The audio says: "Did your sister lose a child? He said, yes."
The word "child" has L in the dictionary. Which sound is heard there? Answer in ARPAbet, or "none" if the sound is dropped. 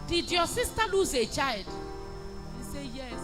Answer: L